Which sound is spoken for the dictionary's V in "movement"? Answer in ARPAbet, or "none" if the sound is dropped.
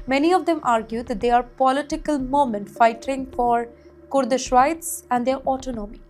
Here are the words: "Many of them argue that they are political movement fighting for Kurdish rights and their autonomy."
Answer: none